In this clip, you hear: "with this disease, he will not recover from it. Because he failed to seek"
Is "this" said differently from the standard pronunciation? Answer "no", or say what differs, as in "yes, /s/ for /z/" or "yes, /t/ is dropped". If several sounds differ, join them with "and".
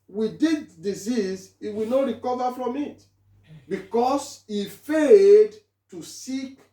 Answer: yes, /s/ is dropped